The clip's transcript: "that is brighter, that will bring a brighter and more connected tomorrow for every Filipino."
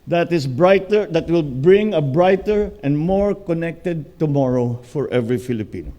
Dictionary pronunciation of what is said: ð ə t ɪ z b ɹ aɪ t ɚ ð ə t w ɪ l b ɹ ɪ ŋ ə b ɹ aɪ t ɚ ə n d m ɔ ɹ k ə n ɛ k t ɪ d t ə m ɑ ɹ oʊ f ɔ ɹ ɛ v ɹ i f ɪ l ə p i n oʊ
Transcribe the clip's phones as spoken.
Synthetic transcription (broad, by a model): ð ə t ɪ s b ɹ aɪ t ɚ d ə t w ɪ l b ɹ ɪ ŋ ə b ɹ aɪ t ɚ ə n d m ɔ ɹ k ə n ɛ k t ɪ d t ə m ɑ ɹ oʊ f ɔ ɹ ɛ v ɹ i f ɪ l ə p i n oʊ